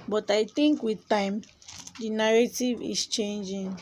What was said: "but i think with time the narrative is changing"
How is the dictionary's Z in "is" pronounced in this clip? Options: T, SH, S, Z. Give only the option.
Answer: S